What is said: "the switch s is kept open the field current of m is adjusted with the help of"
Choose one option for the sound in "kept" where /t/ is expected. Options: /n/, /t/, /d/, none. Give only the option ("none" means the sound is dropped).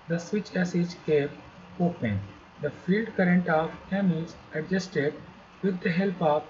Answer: none